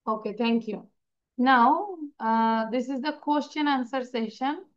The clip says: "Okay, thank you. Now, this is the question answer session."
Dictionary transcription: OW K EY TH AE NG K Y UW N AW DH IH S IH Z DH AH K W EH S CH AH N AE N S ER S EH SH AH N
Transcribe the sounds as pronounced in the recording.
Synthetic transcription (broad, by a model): OW K EY T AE NG K Y UW N AW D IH S IH Z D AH K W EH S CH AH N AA N S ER S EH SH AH N